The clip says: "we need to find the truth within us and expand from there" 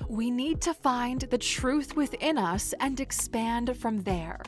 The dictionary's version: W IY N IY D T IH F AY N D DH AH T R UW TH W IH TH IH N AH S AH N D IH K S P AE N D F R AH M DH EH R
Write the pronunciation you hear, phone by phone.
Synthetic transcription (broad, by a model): W IY N IY D T IH F AY N DH AH T R UW TH W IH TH IH N AH S AH N D IH K S P AE N D F R AH M DH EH R